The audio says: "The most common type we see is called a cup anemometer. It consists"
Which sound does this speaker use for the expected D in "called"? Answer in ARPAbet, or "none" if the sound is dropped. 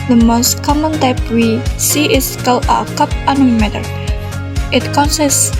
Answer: none